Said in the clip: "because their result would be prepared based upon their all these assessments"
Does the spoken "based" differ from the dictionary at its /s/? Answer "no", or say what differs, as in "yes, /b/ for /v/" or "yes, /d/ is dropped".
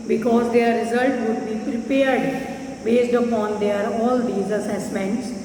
no